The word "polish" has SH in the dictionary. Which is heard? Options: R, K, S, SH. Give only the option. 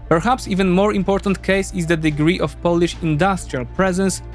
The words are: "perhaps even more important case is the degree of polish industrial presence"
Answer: SH